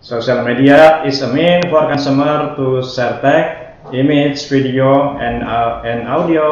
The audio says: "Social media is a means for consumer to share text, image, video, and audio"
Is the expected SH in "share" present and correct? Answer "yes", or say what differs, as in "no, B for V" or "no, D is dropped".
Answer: no, S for SH